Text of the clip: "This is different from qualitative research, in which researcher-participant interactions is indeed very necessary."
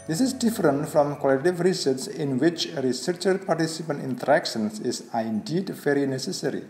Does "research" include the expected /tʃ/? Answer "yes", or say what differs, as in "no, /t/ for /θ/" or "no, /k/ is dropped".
no, /s/ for /tʃ/